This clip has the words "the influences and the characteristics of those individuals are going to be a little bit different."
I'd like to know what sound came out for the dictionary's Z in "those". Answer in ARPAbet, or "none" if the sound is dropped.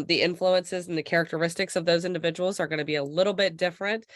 Z